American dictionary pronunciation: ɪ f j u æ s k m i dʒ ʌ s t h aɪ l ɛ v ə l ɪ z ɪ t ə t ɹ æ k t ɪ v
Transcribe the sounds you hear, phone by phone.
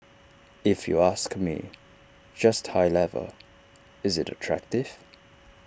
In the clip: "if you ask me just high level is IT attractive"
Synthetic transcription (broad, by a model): ɪ f j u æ s k m i dʒ ʌ s t h aɪ l ɛ v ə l ɪ z ɪ t ə t ɹ æ k t ɪ v